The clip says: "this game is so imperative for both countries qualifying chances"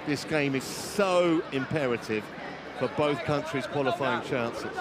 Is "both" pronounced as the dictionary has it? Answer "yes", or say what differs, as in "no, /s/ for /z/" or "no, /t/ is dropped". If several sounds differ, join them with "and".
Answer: yes